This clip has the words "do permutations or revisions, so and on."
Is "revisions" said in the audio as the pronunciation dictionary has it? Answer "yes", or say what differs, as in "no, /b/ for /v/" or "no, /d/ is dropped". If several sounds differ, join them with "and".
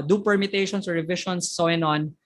no, /ʃ/ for /ʒ/